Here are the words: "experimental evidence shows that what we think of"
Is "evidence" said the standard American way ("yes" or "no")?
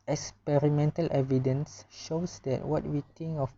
yes